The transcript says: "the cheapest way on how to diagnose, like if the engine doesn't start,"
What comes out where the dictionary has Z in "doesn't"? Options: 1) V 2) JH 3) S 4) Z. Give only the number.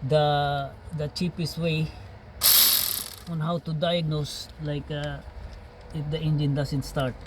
3